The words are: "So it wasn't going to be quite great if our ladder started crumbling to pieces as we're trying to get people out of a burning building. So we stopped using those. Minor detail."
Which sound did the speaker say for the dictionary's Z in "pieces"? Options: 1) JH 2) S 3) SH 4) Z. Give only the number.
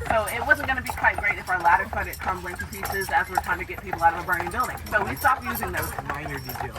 4